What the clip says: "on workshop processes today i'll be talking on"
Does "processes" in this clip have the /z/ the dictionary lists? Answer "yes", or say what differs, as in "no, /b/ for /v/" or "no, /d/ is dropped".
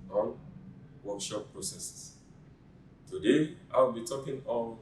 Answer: no, /s/ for /z/